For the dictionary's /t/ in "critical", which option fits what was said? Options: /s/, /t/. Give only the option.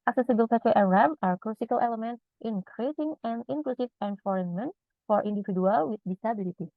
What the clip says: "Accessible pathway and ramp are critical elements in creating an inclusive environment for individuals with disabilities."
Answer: /s/